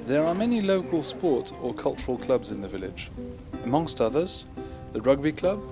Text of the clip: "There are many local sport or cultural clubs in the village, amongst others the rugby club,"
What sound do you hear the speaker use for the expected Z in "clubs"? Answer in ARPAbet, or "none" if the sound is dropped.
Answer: Z